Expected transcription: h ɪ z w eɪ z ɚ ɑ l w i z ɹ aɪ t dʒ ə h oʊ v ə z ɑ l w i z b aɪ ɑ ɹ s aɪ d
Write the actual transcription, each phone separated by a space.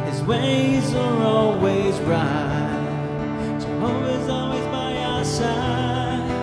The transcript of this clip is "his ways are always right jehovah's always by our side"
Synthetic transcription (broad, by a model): h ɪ z w eɪ z ɚ ɑ l w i z ɹ aɪ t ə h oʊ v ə z ɑ l w i z b aɪ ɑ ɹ s aɪ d